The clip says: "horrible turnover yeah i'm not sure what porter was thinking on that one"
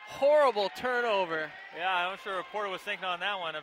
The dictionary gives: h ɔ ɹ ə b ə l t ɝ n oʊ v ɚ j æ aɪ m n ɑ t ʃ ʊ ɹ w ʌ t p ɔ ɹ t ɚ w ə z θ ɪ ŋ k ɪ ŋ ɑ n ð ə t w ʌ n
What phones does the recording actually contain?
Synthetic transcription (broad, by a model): h ɔ ɹ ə b l t ɝ n oʊ v ɚ j æ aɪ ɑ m ʃ ʊ ɹ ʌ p ɔ ɹ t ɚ w ə z θ ɪ ŋ k ɪ ŋ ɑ n ð ə t w ʌ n